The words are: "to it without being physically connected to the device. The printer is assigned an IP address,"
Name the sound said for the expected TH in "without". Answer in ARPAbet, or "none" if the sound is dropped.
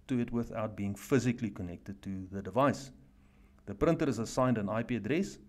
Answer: TH